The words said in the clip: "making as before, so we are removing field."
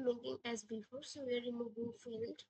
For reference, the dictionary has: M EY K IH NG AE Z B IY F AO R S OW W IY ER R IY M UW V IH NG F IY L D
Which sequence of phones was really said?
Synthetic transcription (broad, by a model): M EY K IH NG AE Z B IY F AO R S OW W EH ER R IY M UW B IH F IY L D